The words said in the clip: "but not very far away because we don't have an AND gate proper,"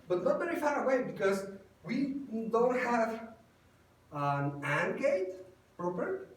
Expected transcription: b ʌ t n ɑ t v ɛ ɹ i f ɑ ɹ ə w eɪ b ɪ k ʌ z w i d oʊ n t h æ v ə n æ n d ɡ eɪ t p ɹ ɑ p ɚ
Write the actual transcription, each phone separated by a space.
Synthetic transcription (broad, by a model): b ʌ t n ɑ t b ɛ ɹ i f ɑ ɹ ə w eɪ b ɪ k ʌ z w i d oʊ n t h æ v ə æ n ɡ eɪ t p ɹ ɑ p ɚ